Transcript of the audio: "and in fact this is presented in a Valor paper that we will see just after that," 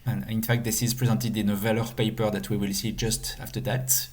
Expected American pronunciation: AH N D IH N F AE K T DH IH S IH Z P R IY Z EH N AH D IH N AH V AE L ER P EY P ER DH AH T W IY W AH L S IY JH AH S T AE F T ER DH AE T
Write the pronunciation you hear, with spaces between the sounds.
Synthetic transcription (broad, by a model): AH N IH N F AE K T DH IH S IH Z P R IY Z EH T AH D IH N AH V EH L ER P EY P ER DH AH T W IY W AH L S IY JH AH S T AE F T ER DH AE T